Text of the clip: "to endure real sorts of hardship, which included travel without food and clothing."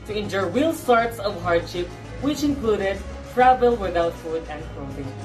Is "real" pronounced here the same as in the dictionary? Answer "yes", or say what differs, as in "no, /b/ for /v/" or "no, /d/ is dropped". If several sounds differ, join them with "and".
no, /w/ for /ɹ/